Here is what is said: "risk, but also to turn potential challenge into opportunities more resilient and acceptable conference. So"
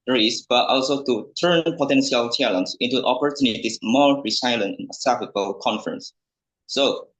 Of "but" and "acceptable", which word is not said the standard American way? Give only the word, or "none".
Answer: acceptable